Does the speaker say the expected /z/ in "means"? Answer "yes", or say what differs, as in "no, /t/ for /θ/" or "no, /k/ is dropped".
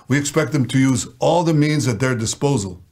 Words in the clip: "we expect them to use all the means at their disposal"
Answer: yes